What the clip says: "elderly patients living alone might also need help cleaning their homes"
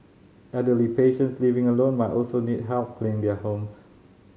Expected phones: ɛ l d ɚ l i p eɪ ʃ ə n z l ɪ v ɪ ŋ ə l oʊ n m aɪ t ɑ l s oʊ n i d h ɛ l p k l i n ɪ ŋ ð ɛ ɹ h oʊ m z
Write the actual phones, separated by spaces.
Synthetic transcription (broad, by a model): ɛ d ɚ l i p eɪ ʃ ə n s l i v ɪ ŋ ə l oʊ n m aɪ t ɑ l s oʊ n i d h ɛ l p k l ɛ ɪ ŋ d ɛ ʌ h oʊ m s